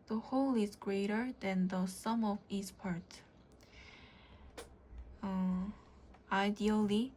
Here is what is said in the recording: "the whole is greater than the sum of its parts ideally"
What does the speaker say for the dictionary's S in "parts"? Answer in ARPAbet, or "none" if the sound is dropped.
none